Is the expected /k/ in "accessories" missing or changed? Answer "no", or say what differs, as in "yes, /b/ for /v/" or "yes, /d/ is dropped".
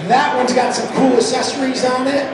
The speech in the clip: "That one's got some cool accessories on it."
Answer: yes, /k/ is dropped